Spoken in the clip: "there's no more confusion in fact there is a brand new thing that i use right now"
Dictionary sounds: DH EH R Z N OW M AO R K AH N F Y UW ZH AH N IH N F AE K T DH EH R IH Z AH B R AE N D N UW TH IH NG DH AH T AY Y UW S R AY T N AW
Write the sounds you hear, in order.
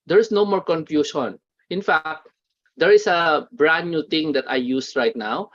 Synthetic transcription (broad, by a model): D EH R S N OW M AO R K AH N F Y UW SH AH N IH N F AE K T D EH R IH S AH B R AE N N UW T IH NG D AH T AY Y UW S R AY T N AW